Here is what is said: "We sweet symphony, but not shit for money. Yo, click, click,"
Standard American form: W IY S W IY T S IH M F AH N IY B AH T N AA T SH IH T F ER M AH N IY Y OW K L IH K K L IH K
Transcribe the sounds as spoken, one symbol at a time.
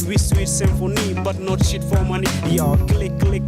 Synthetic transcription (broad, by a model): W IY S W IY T S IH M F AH N IY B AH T N AA T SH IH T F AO M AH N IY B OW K L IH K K L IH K